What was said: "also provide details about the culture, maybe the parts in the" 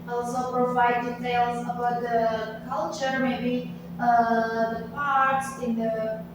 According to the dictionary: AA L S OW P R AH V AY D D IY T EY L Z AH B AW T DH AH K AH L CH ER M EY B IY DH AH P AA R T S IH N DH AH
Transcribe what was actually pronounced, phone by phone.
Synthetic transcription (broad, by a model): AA L S OW P R AH V AY D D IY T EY L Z AH B AW T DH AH K AH L CH ER M EY B IY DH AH P AA R T S IH N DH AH